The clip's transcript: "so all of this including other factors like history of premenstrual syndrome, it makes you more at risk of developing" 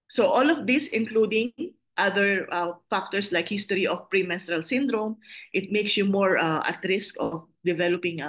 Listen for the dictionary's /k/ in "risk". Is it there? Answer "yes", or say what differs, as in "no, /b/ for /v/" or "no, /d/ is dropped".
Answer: yes